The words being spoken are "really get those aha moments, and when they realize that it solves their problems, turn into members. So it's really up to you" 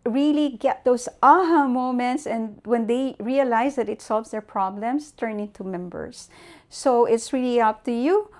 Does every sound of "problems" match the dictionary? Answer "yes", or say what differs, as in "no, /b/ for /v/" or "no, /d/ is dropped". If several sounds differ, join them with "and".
no, /s/ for /z/